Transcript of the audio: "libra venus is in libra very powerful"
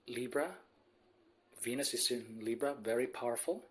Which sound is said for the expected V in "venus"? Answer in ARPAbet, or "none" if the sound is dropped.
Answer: V